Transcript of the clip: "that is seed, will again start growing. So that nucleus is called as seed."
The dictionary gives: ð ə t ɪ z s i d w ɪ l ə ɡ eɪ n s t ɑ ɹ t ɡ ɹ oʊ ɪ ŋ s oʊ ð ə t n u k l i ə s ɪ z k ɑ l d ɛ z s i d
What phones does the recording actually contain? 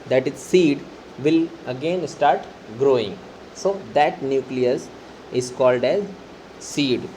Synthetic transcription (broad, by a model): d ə t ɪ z s i d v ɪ l ə ɡ eɪ n s t ɑ ɹ t ɡ ɹ oʊ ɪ ŋ s oʊ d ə t n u k l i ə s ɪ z k ɑ l d ɛ z s i d